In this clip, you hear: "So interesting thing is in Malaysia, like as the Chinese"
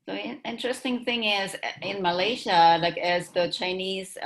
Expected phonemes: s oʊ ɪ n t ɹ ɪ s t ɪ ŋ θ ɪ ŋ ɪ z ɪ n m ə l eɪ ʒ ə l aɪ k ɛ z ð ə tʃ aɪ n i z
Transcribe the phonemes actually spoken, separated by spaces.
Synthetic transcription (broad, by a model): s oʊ ɪ n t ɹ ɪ s t ɪ ŋ θ ɪ ŋ ɪ z ɪ n m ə l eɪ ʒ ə l aɪ k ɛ z ð ə tʃ aɪ n i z